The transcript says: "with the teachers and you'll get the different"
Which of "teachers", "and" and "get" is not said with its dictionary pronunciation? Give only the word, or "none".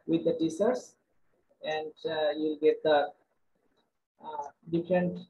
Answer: teachers